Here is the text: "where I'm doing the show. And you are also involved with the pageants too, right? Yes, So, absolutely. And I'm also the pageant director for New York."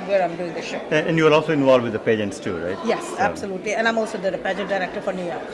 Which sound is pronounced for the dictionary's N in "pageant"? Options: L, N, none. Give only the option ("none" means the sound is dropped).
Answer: none